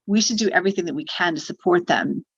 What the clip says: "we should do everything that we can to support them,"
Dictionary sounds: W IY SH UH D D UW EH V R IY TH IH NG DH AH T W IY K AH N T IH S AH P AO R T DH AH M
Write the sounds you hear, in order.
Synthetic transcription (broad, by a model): W IY SH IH D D EH V R IY TH IH NG DH AH T W IY K AH N T IH S AH P AO R T DH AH M